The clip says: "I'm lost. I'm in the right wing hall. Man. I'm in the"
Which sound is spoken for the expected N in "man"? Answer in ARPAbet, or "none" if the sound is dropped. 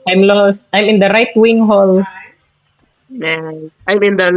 none